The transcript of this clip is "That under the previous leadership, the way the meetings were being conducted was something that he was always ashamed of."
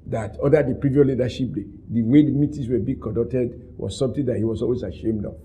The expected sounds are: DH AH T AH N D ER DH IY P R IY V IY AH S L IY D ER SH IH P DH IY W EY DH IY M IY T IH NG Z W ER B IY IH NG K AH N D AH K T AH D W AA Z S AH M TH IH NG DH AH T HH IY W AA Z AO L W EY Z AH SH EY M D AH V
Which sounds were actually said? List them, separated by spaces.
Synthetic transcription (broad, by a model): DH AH T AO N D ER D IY P R IY V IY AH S L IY D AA SH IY P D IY W EY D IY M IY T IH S W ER B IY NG K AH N D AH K T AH D W AA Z S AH M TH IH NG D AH T HH IY W AA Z AO L W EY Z AH SH EY M D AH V